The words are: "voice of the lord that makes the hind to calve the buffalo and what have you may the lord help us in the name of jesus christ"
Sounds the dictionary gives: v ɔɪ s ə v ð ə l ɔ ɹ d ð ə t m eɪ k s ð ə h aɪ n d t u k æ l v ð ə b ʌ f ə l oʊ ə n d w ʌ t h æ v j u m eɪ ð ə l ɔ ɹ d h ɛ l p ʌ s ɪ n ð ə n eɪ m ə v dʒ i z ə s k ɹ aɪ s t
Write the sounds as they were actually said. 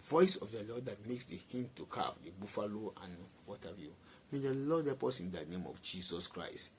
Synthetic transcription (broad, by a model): v ɔɪ s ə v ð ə l ɔ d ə t m eɪ k s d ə h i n t u k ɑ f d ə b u f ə l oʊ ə n w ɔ t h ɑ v j u m eɪ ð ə l ɔ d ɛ p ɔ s ɪ n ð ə n eɪ m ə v dʒ i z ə s k ɹ aɪ s t